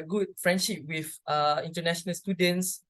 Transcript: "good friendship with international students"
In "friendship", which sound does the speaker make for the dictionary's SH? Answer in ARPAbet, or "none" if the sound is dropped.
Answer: SH